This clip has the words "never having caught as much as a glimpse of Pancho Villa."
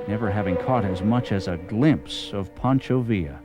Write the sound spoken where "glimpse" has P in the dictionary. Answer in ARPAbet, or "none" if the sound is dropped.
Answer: P